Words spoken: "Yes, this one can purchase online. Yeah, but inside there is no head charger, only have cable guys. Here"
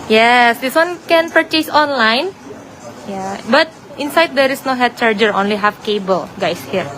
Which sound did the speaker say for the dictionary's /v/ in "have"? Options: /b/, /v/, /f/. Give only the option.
/f/